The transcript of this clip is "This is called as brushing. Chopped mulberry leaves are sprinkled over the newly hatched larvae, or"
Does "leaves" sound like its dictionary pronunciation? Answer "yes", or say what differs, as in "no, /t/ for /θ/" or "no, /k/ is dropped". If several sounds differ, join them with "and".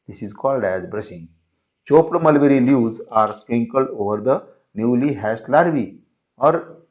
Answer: no, /v/ is dropped